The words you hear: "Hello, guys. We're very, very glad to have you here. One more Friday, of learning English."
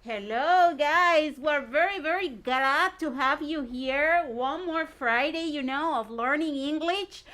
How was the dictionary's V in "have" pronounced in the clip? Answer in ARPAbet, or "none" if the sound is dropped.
V